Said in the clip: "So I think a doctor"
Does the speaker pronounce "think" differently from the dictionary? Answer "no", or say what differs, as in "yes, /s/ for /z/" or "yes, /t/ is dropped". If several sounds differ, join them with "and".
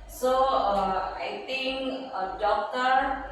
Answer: yes, /t/ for /θ/